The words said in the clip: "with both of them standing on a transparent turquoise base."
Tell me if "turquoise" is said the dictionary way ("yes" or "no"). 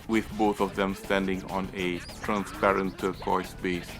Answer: no